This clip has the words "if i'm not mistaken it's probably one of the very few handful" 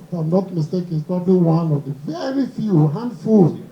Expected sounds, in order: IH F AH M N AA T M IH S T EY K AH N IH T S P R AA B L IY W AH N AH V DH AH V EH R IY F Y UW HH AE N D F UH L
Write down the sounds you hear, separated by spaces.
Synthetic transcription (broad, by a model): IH AH M N AA T M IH S T EY K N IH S P R AA B L IY W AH N AH V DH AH V EH R IY F Y UW HH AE N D F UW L